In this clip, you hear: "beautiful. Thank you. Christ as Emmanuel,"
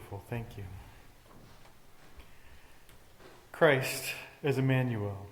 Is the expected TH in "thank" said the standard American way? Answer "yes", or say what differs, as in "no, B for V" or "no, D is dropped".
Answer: yes